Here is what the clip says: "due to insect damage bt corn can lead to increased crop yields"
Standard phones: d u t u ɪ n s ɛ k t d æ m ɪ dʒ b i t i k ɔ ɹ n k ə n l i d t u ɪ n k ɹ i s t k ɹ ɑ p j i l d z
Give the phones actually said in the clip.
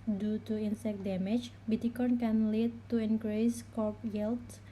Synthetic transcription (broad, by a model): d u t u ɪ n s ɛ k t d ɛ m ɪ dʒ b i t i k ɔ n k ə n l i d t u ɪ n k ɹ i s k ɑ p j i l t